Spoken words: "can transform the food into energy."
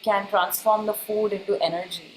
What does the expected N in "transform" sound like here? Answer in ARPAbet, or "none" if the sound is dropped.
N